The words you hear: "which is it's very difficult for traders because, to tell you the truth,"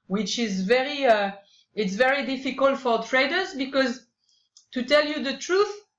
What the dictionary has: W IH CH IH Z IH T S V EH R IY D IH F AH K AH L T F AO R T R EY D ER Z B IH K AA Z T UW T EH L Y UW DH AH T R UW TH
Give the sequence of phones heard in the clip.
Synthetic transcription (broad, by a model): W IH CH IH Z IH T S V EH R IY D IH F AH K AH L T F AO R T R EY D ER Z B IH K AA Z T UW T EH L Y UW DH AH T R UW TH